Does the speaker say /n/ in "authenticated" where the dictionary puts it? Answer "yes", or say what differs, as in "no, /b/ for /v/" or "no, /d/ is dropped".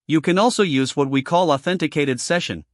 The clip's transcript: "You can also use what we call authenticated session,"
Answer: yes